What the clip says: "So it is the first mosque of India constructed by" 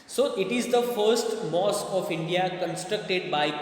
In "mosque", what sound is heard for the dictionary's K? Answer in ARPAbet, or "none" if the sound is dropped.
none